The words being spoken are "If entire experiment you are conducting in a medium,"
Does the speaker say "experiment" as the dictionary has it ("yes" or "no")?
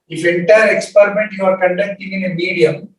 yes